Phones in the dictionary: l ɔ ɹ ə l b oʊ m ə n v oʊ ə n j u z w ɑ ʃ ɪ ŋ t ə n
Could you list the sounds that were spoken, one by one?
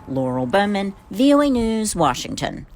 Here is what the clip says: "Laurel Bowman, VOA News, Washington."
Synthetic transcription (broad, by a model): l ɔ ɹ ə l b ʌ m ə n v oʊ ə n j u z w ɑ ʃ ɪ ŋ t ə n